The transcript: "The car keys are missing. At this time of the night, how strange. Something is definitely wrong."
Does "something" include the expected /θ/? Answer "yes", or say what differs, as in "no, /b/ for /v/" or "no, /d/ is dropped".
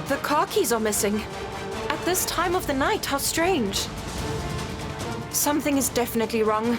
yes